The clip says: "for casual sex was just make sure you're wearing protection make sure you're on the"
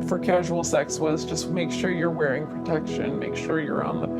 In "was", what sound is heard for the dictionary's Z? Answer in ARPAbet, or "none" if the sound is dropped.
Z